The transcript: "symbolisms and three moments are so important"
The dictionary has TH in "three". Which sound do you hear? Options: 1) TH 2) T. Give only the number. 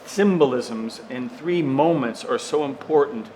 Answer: 1